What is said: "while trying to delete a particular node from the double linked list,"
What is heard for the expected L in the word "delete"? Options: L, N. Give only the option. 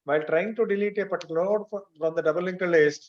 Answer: L